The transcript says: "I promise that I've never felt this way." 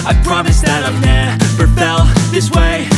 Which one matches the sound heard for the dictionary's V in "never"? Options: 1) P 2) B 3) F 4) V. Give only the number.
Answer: 1